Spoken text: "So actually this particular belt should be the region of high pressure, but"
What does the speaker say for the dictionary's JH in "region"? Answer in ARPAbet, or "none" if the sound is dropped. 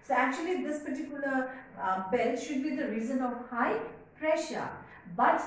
Z